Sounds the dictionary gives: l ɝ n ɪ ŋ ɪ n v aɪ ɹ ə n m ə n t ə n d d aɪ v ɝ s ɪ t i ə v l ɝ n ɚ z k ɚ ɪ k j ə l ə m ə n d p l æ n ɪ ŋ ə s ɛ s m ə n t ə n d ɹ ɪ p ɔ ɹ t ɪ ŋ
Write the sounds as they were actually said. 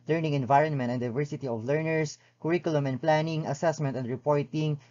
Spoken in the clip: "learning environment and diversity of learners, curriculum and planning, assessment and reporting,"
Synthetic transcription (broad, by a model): l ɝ n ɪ ŋ ɪ n v aɪ ɹ ə n m ə n t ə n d d aɪ v ɝ s ɪ t i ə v l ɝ n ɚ s k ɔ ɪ k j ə l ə m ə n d p l æ n ɪ ŋ ə s ɛ s m ə n t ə n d ɹ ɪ p ɔ ɹ t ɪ ŋ